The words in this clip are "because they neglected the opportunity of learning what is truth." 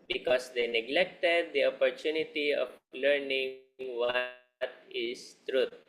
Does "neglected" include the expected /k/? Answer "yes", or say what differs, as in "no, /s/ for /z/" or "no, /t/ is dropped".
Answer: yes